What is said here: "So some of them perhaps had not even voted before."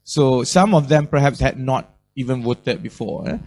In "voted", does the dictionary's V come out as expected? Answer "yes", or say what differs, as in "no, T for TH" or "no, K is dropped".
no, W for V